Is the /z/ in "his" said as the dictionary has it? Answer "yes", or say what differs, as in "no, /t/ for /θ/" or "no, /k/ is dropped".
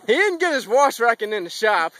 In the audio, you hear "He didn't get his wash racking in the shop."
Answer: yes